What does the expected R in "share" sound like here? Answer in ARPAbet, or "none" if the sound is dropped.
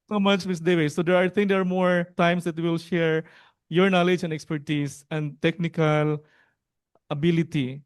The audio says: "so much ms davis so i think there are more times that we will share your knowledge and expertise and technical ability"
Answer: R